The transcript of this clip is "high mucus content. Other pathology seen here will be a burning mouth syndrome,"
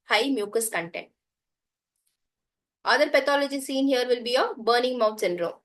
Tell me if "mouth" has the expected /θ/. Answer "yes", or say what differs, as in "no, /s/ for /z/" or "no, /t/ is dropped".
no, /t/ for /θ/